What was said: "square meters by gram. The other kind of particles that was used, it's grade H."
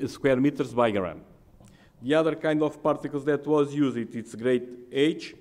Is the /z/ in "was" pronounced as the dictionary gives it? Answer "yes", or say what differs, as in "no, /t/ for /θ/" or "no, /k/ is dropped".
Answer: yes